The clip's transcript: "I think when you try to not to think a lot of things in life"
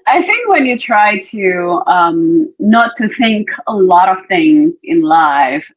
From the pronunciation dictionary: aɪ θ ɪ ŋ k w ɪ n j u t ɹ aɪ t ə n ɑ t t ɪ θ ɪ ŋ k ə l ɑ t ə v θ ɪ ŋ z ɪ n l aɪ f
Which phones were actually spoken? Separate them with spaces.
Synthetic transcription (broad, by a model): aɪ θ ɪ ŋ k w ɪ n j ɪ t ɹ aɪ t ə n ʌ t t ɪ θ ɪ ŋ k ə l ɑ t ə v θ ɪ ŋ z ɪ n l aɪ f